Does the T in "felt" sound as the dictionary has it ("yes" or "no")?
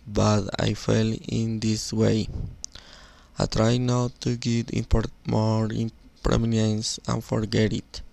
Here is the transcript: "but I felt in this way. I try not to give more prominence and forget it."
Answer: no